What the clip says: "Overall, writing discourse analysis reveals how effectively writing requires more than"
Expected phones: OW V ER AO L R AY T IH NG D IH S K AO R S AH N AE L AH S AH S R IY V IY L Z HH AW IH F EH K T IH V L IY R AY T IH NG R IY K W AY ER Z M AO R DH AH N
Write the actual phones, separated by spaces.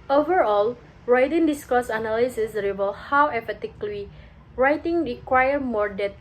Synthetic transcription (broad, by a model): OW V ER AO L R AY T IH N D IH S K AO S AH N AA L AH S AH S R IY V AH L HH AW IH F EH T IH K L IY R AY T IH NG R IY K W AY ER M AO R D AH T